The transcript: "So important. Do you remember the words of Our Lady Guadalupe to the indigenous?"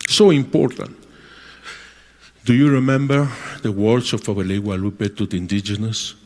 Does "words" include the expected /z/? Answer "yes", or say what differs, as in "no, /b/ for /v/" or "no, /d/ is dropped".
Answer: no, /s/ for /z/